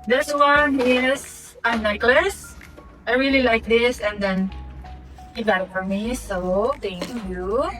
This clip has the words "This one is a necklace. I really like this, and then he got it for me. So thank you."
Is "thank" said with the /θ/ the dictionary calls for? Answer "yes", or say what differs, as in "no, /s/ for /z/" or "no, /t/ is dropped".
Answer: no, /t/ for /θ/